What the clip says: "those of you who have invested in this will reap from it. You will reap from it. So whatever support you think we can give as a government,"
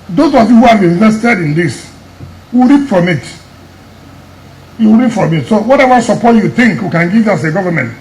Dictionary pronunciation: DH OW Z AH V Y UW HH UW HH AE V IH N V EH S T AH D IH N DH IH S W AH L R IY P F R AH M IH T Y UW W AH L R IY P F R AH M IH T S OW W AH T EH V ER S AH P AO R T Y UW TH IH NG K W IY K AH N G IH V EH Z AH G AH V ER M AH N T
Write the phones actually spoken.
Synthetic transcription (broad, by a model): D OW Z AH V Y UW HH UW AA B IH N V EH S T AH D IH N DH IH S W AH L R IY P F R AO M IH T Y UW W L R IY P F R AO M IH T S OW W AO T EH V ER S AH P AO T Y UW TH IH NG K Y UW K AH N G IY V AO S AH G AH V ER M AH N T